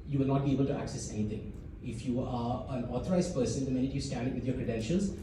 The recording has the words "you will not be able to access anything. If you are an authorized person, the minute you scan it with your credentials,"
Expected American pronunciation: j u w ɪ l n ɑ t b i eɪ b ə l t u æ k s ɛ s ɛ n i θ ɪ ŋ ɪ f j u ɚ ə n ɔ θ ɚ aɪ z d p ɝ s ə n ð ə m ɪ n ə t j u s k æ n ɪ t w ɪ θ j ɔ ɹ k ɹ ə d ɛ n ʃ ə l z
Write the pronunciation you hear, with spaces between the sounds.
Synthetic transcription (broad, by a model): j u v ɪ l n ɑ t b i eɪ b ə l t u æ k s ɛ s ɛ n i t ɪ ŋ ɪ f j u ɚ ə n ɔ t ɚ aɪ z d p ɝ s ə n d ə m ɪ n ə t j u s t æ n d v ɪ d j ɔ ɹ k ɹ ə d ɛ n ʃ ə l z